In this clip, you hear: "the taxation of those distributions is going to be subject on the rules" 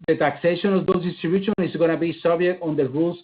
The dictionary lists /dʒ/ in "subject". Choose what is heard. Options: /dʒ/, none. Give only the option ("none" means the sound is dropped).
none